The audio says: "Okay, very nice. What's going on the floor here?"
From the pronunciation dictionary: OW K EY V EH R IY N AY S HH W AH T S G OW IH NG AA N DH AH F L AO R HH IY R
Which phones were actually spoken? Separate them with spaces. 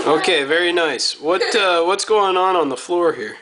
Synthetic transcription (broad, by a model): OW K EY V EH R IY N AY S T W AH T S G OW IH NG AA N DH AH F L AO R HH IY R